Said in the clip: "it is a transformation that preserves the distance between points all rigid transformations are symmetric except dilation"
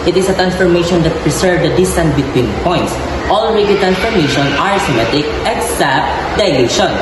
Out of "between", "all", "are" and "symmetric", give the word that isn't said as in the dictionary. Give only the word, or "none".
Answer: symmetric